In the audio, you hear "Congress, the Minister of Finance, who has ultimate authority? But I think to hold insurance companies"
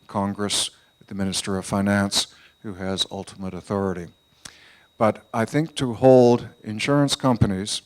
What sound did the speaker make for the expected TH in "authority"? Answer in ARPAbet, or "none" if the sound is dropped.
TH